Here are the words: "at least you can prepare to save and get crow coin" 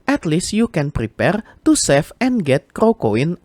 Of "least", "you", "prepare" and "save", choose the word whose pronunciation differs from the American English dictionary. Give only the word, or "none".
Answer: save